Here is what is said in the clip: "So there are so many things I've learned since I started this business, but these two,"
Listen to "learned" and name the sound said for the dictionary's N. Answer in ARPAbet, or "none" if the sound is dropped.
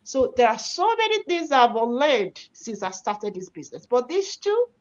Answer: L